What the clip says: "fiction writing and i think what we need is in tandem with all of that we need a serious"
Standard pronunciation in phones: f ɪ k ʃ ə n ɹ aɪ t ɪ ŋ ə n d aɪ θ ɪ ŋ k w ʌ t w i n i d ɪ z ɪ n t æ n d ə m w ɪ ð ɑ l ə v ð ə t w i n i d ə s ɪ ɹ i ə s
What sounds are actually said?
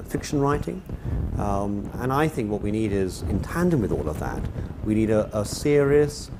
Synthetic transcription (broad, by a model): f ɪ k ʃ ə n ɹ aɪ t ɪ ŋ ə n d aɪ θ ɪ ŋ k w ʌ t w i n i d ɪ z ɪ n t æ n d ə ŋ w ɪ ð ɑ l ə v ð ə t w i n i d ə s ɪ ɹ i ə s